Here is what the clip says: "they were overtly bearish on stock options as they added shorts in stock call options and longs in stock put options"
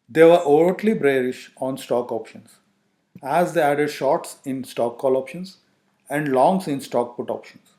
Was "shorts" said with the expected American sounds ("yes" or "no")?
yes